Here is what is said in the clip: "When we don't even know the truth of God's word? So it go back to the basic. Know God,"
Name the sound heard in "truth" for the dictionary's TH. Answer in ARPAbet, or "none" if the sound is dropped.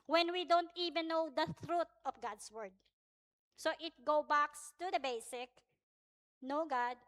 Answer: T